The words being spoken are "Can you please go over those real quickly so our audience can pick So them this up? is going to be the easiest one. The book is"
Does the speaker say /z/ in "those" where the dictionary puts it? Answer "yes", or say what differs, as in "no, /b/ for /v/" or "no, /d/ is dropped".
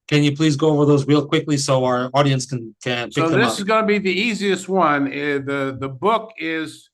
yes